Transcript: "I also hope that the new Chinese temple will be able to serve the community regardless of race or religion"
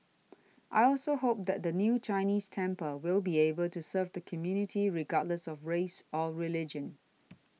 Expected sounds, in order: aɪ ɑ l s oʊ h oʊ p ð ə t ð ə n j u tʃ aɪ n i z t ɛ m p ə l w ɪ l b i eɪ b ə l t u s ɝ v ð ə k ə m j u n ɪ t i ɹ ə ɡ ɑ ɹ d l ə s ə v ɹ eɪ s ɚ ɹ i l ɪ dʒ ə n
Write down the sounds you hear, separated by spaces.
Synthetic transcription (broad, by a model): aɪ ɑ l s oʊ h oʊ p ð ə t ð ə n j u tʃ aɪ n i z t ɛ m p ə w ɪ l b i eɪ b ə l t u s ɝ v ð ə k ə m j u n ɪ t i ɹ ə ɡ ɑ d l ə s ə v ɹ eɪ s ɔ ɹ i l ɪ dʒ ə n